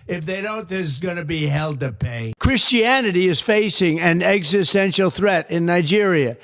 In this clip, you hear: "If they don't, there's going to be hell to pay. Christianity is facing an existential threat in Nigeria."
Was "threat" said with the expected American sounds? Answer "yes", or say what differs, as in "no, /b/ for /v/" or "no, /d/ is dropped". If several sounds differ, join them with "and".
yes